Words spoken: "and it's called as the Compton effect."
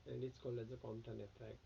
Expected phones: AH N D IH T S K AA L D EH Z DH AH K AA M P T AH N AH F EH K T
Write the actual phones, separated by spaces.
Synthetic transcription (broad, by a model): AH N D IH T S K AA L EH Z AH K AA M T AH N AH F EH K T